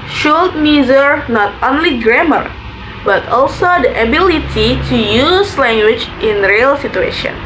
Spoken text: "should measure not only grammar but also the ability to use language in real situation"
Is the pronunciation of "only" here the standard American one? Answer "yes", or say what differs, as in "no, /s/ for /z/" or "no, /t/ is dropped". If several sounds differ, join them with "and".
yes